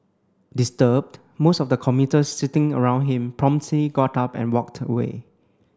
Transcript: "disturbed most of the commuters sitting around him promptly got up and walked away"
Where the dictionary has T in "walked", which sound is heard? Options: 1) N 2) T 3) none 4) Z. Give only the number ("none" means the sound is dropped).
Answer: 2